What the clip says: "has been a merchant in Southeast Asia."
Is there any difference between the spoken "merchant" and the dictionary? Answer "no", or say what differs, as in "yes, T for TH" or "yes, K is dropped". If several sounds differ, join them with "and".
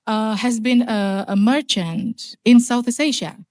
no